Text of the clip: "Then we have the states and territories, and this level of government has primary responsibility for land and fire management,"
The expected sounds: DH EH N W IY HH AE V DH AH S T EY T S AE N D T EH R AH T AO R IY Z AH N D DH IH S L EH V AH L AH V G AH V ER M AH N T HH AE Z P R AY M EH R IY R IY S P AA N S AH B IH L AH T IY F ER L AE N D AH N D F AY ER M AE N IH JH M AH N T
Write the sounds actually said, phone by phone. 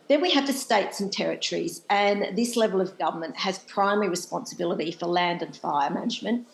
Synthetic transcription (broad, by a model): DH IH N W IY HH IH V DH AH S T EY T S N T EH R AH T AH R IY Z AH N DH IH S L EH V AH L AH V G AH V ER M AH N T HH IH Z P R AY M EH R IY R IY S P AA N S AH B IH L AH T IY F ER L AE N D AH N F AY ER M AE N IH JH M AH N T